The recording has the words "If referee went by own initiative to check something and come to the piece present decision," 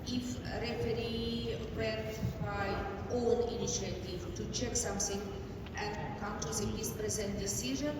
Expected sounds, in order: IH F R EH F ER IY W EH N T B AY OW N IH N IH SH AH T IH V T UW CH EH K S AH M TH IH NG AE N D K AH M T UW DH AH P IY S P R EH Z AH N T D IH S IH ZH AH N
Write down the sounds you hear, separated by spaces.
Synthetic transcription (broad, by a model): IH F R EH F ER IY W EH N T B AY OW L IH N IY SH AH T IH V T UW CH EH K S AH M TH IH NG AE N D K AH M T UW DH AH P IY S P R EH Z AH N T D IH S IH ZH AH N